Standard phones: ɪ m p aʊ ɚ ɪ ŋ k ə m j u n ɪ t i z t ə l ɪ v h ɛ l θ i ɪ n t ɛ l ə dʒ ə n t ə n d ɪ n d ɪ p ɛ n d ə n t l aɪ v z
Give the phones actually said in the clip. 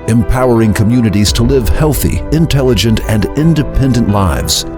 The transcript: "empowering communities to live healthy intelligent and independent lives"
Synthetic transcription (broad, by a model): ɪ m p aʊ ɚ ɪ ŋ k ə m j u n ɪ t i z t ə l ɪ v h ɛ l θ i ɪ n t ɛ l ə dʒ ə n t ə n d ɪ n d ɪ p ɛ n d ə n t l aɪ v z